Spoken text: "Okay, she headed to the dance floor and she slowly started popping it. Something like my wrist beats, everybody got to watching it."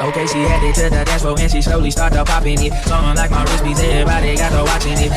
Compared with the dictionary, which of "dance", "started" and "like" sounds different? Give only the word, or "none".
dance